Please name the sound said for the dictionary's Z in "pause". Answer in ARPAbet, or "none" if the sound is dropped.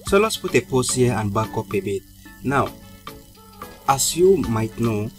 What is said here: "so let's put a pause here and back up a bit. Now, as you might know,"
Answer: S